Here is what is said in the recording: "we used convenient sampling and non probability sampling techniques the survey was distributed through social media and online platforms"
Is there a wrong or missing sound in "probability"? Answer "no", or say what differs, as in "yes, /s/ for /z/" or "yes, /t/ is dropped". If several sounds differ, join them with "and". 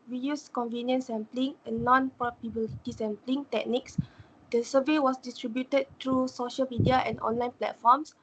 yes, /ɹ/ is dropped